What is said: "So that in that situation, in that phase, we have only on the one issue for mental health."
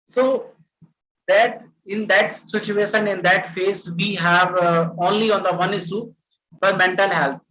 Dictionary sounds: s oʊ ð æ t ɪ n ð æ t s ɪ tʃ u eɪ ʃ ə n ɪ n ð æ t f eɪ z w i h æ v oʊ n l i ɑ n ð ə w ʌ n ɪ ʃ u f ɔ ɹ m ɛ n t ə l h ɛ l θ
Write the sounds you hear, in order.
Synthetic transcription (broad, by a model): s oʊ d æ t ɪ n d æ t s ɪ tʃ u eɪ ʃ ə n ɪ n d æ t f eɪ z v i h æ v oʊ n l i ɑ n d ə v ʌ n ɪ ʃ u f ɔ ɹ m ɛ n t ə l h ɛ l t